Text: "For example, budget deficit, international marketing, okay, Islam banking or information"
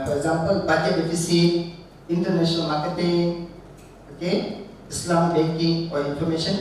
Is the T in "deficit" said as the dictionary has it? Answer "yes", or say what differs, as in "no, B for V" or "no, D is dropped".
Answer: no, T is dropped